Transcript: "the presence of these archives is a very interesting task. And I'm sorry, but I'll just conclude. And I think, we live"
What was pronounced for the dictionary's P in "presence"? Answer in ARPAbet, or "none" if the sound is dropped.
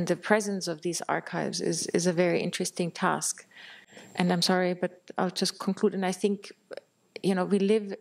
P